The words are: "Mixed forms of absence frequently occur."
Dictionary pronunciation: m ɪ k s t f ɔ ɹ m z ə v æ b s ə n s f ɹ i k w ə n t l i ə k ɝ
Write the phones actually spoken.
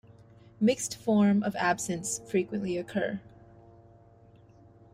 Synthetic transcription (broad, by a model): m ɪ k s t f ɔ ɹ m ə v æ b s ə n s f ɹ i k w ə n t l i ə k ɝ